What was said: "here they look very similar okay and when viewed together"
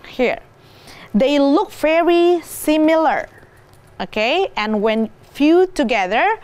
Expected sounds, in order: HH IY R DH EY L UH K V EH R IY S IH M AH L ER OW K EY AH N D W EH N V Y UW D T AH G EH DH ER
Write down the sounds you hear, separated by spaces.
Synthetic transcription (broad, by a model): HH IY R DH EY L UH K V EH R IY S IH M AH L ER OW K EY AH N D W EH N F Y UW T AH G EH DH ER